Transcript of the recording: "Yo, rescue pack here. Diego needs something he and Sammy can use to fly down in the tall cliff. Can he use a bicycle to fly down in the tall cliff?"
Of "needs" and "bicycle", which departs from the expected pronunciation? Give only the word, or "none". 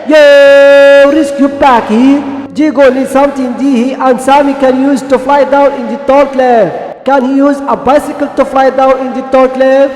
needs